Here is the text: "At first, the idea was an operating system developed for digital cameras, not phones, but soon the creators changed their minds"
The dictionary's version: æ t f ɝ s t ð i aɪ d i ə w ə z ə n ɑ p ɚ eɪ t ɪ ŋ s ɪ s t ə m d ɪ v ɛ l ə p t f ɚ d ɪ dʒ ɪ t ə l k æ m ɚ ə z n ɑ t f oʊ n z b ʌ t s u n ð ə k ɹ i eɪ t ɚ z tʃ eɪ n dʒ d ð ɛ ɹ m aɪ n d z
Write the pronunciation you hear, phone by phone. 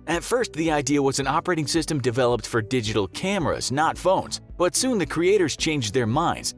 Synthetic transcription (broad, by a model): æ t f ɝ s t ð i aɪ d i ə w ə z ə n ɑ p ɚ eɪ t ɪ ŋ s ɪ s t ə m d ɪ v ɛ l ə p t f ɚ d ɪ dʒ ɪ t l k æ m ɚ ə z n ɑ t f oʊ n z b ʌ t s u n ð ə k ɹ i eɪ t ɚ z tʃ eɪ n dʒ ð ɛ ɹ m aɪ n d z